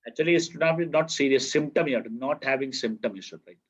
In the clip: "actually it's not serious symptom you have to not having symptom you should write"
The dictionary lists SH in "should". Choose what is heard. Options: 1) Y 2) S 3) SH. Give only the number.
2